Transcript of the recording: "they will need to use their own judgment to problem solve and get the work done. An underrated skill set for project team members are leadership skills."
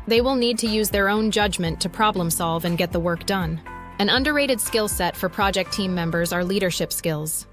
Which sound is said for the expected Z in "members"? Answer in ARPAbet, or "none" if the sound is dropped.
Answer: Z